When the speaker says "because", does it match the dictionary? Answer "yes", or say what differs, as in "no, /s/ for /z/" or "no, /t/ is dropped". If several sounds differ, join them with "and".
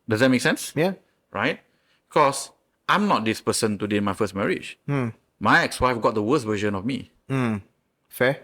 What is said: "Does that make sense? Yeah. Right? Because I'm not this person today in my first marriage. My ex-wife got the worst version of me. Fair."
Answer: no, /s/ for /z/